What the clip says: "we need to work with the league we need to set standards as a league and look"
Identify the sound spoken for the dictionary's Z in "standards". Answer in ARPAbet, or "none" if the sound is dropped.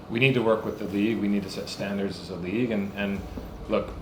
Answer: Z